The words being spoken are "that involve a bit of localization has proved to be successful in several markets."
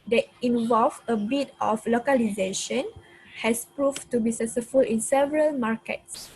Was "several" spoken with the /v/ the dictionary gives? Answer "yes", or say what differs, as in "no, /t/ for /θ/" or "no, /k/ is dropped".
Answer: yes